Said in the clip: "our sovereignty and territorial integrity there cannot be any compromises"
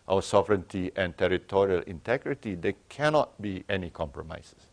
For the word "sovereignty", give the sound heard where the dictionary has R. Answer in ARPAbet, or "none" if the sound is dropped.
R